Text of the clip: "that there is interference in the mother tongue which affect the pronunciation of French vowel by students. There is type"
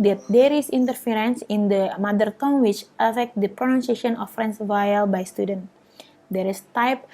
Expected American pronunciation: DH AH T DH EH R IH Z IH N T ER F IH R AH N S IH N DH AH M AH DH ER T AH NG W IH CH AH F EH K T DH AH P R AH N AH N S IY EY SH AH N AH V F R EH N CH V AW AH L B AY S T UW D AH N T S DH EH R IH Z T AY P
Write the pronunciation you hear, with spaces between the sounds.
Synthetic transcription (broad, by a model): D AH T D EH R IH S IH N T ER F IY R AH N S IH N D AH M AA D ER T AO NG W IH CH AH F EH K T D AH P R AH N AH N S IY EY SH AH N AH F R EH N S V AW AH L B AY S T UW D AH N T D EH R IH S T AY P